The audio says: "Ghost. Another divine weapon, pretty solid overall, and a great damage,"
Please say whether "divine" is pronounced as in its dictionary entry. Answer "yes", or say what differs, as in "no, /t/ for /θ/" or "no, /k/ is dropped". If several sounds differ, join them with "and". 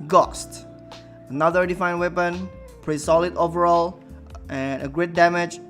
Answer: no, /f/ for /v/